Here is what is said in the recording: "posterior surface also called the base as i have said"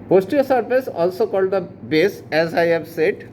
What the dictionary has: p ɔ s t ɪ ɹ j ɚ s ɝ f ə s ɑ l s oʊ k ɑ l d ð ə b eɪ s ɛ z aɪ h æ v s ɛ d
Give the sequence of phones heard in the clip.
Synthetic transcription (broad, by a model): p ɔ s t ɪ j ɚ s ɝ p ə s ɑ l s oʊ k ɑ l d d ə b eɪ s ɛ z aɪ h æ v s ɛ d